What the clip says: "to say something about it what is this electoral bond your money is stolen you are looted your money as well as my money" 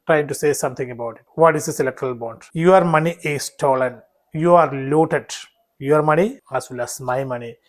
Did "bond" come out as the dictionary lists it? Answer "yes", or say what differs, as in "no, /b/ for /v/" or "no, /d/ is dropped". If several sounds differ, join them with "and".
yes